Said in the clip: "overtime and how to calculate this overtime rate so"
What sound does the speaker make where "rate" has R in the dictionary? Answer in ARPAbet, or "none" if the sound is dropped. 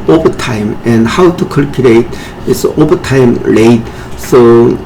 L